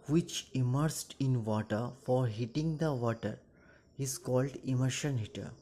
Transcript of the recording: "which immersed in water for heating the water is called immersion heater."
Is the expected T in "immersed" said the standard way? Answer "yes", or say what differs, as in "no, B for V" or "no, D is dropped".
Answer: yes